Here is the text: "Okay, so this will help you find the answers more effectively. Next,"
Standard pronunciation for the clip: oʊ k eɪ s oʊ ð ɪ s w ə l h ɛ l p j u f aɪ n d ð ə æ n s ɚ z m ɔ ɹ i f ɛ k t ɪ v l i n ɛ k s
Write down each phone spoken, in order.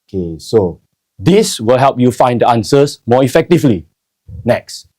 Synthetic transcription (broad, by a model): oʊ k eɪ s oʊ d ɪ s w ə l h ɛ l p j u f aɪ n d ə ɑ n s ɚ s m ɔ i f ɛ k t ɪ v l i n ɛ k s